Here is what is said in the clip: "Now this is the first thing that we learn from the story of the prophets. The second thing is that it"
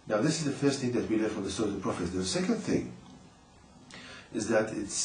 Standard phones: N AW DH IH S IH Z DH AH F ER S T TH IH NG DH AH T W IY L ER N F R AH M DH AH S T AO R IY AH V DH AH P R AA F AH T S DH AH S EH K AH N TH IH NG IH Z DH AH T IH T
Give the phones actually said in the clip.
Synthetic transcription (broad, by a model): N AW DH IH S IH Z DH AH F ER S T TH IH NG DH AH T W IY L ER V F R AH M DH AH S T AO IY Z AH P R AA F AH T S DH AH S EH K AH N TH IH NG IH Z DH AH T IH T